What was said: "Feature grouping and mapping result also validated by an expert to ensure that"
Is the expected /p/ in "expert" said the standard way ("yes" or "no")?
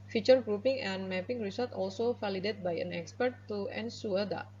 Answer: yes